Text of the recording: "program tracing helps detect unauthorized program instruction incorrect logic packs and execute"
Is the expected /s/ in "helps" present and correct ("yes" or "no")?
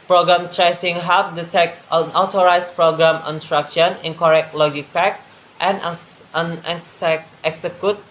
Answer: no